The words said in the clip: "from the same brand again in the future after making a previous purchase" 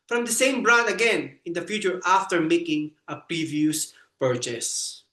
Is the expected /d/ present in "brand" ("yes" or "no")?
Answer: no